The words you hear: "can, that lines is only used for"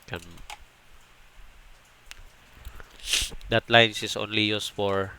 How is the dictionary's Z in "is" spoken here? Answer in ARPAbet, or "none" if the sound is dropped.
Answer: S